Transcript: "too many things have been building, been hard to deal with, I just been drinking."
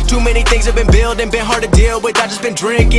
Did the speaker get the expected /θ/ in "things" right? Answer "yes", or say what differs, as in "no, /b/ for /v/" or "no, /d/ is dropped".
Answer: yes